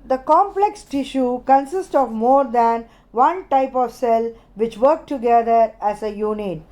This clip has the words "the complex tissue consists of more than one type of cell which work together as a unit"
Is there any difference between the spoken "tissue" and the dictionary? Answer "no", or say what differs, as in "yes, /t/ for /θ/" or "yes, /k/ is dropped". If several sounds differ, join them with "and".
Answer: no